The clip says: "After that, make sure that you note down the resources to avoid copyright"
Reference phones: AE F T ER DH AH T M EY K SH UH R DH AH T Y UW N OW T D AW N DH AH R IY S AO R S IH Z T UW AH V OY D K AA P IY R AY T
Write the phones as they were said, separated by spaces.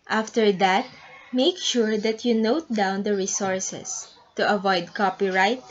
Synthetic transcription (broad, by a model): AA F T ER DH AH T M EY K SH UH R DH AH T Y UW N OW T D AW N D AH R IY S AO R S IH S T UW AH V OY D K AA P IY R AY T